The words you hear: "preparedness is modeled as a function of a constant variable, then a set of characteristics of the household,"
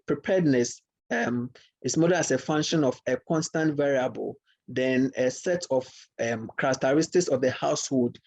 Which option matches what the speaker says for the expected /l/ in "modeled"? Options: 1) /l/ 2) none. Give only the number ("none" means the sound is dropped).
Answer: 2